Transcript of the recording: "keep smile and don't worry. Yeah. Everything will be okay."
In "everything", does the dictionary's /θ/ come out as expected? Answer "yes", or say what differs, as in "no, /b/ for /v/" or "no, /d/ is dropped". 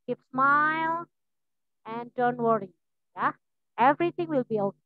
no, /t/ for /θ/